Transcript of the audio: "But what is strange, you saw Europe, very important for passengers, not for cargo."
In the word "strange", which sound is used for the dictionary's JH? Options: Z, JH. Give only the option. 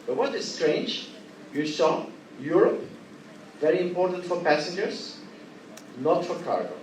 JH